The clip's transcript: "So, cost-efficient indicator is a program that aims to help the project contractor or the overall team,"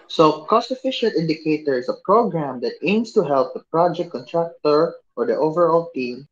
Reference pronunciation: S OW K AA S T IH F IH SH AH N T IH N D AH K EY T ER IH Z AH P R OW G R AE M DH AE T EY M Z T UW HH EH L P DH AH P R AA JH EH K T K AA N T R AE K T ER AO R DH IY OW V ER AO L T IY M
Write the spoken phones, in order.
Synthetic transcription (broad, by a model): S OW K AA S T IH F IH SH AH N T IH N D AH K EY T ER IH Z AH P R OW G R AE M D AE T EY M S T UW HH EH L P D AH P R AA JH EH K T K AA N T R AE K T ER AO R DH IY OW V ER AO L T IY M